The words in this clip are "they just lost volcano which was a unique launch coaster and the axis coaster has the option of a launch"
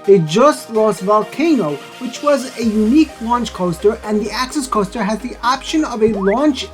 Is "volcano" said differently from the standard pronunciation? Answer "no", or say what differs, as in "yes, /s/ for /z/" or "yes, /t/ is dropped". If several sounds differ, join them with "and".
no